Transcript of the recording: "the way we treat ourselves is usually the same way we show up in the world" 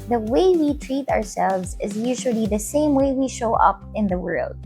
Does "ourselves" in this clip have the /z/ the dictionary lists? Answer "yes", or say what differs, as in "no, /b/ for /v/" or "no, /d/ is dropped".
yes